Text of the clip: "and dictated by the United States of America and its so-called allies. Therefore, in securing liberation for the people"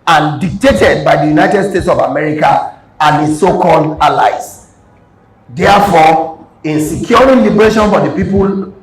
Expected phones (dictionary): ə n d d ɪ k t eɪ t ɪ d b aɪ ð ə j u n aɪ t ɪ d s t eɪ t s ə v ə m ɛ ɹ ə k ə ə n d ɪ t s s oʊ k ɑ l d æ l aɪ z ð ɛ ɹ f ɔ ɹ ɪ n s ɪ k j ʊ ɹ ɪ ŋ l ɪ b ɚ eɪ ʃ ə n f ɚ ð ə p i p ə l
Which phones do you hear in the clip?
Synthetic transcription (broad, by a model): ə n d d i k t eɪ t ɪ d b aɪ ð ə j u n aɪ t ɪ d s t eɪ t s ə v ə m ɛ ɹ ə k ə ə n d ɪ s s oʊ k ɑ l d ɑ l aɪ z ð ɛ f ɔ ɪ n s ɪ k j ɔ ɹ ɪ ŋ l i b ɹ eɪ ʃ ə n f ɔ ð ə p i p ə l